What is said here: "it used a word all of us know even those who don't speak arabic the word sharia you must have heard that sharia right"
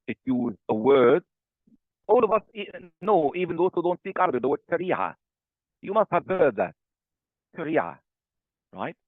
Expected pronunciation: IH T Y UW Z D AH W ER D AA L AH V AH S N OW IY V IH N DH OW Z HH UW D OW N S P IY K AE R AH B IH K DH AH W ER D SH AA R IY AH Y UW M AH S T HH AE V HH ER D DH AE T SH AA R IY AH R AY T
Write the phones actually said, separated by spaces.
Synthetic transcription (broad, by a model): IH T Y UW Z AH W ER D AA L AH V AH S N OW IY V IH N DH OW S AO D OW N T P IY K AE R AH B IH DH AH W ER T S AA R IY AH Y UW M AH S T HH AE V HH ER D DH AE T S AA R IY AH R AY T